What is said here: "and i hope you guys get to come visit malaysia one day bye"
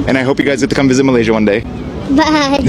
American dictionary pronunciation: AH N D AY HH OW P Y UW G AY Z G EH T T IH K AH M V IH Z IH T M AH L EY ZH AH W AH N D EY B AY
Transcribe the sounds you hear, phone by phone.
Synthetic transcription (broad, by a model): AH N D AY HH OW P Y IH G AY Z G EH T T IH K AH M V IH Z IH T M AH L EY ZH AH W AH N D EY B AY